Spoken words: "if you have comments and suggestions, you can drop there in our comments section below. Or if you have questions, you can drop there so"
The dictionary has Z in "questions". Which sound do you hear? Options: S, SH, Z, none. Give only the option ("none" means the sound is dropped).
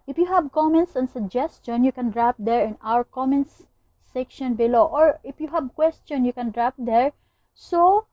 none